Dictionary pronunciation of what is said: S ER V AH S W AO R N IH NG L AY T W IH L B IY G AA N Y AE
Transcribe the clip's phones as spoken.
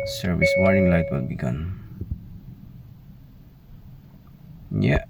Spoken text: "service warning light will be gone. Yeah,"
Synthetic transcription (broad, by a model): S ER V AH S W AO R IH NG L AY T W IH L B IY G AA N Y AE